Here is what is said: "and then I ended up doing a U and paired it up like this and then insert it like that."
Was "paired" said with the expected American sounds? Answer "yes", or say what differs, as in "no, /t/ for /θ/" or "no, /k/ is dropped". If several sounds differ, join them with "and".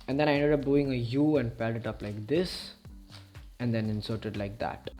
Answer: no, /l/ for /ɹ/